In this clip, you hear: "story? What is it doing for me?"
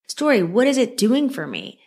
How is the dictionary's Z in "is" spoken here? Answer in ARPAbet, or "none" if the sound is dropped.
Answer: Z